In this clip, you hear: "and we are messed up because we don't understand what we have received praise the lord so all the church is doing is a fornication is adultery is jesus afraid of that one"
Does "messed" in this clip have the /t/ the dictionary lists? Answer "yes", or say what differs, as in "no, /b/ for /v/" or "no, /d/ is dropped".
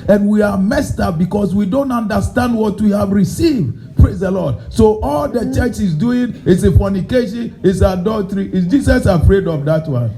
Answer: yes